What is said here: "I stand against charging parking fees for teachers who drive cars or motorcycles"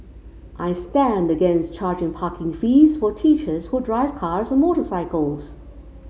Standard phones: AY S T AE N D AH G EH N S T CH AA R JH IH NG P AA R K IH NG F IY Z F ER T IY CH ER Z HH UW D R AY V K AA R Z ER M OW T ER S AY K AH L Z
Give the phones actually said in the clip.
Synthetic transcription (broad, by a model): AY S T AE N D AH G EH N S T CH AA R JH IH NG P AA K IH NG F IY Z F ER T IY CH ER Z HH UW D R AY V K AA R Z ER M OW T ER S AY K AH L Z